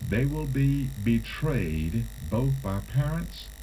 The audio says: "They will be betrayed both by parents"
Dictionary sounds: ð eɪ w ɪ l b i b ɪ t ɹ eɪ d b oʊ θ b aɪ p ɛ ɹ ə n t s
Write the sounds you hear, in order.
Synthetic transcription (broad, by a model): ð eɪ w ɪ l b i b ɪ t ɹ eɪ d b oʊ θ b aɪ p ɛ ɹ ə n t s